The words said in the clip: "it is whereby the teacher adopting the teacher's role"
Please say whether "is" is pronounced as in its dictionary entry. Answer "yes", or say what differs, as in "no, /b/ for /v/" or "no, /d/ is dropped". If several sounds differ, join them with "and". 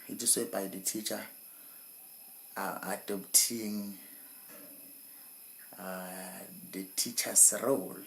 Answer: no, /s/ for /z/